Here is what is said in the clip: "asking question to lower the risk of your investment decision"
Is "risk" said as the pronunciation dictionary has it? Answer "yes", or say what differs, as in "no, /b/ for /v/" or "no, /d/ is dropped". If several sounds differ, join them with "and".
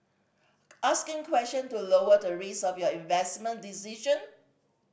no, /k/ is dropped